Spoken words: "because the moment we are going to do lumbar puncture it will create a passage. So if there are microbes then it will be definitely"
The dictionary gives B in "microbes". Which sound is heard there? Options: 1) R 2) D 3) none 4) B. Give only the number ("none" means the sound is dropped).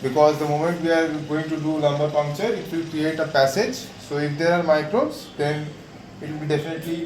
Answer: 3